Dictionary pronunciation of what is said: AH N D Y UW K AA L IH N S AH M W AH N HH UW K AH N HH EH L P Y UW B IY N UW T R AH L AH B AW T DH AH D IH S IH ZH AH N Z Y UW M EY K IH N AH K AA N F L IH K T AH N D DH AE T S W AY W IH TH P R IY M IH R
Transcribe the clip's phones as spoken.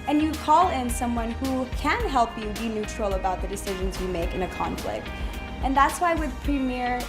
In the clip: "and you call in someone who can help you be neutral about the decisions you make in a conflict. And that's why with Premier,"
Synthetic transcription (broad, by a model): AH N Y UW K AA L IH N S AH M W AH N HH UW K AH N HH EH L P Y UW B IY N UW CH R L AH B AW T DH AH D IH S IH ZH AH N Z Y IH M EY K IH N AH K AA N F L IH K T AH N DH AE T S W AY W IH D P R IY M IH R